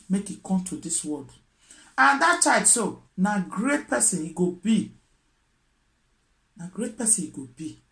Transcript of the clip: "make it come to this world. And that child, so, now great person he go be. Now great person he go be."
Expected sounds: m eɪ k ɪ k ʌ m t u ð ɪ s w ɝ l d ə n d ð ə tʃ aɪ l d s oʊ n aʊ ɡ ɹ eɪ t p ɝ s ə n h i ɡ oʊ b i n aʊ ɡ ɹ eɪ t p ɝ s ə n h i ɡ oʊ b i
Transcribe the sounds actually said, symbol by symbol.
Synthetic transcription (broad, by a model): m eɪ k ɪ k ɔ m t u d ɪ s w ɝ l d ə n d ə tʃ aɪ d s oʊ n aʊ ɡ ɹ eɪ t p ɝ s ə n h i ɡ oʊ b i n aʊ ɡ ɹ eɪ t p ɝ s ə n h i ɡ oʊ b i